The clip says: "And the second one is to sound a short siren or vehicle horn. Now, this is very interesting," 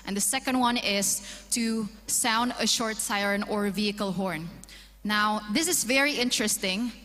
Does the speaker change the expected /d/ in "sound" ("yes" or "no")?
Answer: no